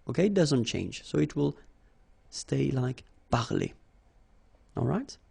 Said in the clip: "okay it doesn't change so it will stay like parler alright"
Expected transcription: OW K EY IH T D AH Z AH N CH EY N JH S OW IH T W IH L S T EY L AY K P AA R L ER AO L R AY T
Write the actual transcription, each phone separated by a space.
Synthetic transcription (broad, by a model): OW K EY IH T D AH Z AH N CH EY N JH S OW IH T W IH L S T EY L AY K B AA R L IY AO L R AY T